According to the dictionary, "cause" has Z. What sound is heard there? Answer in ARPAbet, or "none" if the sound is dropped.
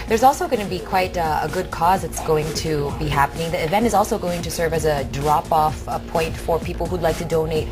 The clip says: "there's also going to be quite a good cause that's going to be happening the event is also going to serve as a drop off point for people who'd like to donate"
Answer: Z